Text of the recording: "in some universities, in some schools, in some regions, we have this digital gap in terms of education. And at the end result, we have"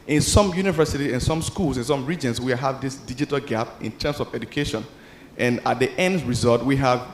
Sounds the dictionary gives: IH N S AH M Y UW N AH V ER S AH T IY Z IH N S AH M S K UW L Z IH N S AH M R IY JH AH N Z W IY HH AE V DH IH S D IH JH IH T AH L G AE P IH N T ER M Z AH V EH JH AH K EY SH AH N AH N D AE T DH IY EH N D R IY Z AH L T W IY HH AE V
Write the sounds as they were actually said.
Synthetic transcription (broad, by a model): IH N S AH M Y UW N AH V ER S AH T IY IH N S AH M S K UW L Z IH N S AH M R IY JH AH N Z W IY HH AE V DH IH S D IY JH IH T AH L G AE P IH N T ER M S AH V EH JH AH K EY SH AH N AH N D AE T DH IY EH N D R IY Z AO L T W IY HH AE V